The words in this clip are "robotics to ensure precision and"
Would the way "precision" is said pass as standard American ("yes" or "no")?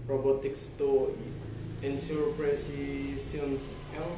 no